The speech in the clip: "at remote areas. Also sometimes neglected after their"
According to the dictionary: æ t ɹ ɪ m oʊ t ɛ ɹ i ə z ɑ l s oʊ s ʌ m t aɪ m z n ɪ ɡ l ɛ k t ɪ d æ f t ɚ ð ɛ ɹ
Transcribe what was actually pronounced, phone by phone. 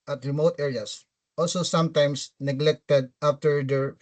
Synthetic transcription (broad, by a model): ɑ t ɹ ɪ m oʊ t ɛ ɹ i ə s ɑ l s oʊ s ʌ m t aɪ m s n ɪ ɡ l ɛ k t ɪ d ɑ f t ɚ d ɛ ɹ